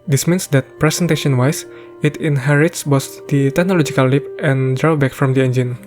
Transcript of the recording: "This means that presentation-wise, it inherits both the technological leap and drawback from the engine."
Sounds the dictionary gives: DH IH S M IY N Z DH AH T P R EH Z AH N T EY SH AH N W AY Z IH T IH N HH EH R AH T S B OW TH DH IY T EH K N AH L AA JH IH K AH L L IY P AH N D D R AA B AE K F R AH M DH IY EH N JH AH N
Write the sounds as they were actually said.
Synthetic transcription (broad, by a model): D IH S M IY N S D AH T P R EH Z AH N T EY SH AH N W AY S IH T IH N HH EH R AH T S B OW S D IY T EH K N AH L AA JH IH K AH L L IY P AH N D D R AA B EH K F R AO M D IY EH N JH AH N